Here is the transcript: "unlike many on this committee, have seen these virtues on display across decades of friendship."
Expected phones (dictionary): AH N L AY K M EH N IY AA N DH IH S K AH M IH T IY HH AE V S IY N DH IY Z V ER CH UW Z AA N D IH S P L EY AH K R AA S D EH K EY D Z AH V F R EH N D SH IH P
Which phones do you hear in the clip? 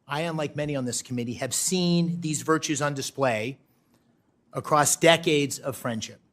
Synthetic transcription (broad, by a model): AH N L AY K M EH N IY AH N DH IH S K AH M IH T IY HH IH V S IY N DH IY Z V ER CH UW Z N D IH S P L EY AH K R AA S D EH K EY D Z AH V F R EH N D SH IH P